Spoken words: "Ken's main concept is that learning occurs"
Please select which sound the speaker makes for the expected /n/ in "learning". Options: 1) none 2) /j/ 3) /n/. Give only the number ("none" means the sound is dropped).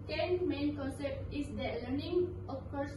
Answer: 3